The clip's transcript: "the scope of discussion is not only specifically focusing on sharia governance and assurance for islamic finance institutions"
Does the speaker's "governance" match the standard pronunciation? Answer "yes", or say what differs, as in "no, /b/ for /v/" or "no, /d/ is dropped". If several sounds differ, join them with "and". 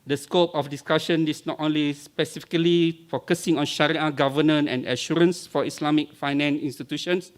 no, /s/ is dropped